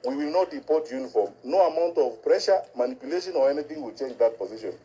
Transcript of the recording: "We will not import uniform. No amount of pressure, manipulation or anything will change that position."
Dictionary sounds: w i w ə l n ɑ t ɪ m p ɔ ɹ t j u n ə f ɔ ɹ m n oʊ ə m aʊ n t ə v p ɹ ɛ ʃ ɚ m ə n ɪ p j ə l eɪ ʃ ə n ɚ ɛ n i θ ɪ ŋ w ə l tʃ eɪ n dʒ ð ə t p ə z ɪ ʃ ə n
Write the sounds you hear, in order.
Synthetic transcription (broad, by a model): w i w ə l n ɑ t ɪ p ɔ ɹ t j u n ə f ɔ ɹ m n oʊ ə m aʊ n t ə v p ɹ ɛ ʃ ɚ m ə n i p j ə l eɪ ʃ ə n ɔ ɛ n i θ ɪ ŋ w ə l tʃ eɪ n dʒ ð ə t p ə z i ʃ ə n